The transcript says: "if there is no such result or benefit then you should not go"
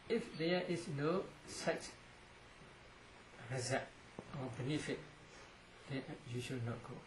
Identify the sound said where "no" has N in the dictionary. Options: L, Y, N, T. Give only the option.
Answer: N